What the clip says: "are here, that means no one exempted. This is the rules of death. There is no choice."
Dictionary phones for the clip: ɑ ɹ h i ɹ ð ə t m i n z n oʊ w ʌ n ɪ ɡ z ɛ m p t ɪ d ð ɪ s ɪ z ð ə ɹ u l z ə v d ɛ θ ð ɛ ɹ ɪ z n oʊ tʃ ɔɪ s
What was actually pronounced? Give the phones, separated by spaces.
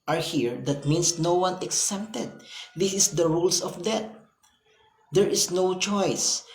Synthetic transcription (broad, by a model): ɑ ɹ h i ɹ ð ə t m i n s n oʊ w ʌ n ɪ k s ɛ p t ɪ d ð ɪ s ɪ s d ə ɹ u l s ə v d ɛ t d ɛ ɹ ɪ s n oʊ tʃ ɔɪ s